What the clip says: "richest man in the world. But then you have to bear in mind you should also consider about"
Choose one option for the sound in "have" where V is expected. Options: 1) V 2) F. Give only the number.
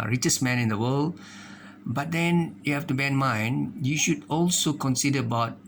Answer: 2